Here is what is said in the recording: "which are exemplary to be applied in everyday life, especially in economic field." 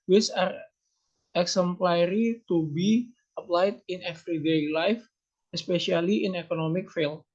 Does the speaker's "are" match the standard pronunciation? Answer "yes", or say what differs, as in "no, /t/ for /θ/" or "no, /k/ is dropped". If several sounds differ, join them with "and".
yes